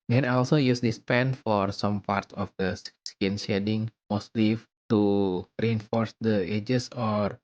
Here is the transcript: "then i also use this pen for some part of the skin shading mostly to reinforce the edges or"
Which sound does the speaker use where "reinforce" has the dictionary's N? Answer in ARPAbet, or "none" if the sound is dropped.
N